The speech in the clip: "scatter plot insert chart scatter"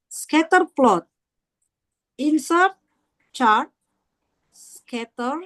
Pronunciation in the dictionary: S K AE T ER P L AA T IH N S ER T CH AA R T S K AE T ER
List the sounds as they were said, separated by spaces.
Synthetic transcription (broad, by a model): S K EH T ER P L AA T IH N S ER T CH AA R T S K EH T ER